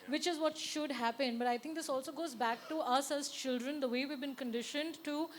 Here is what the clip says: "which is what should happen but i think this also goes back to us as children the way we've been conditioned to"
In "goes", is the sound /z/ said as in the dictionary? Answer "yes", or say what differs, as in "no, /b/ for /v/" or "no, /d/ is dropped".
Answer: yes